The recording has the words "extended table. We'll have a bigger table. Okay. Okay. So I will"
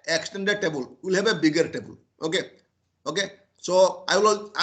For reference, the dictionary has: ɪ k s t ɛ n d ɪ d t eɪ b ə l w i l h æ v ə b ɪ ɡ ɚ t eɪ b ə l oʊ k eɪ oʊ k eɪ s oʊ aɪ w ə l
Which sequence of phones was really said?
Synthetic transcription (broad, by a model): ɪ k s t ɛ n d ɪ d t eɪ b ə l w i l h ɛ b ə b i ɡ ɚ t eɪ b ə l oʊ k eɪ oʊ k eɪ s oʊ aɪ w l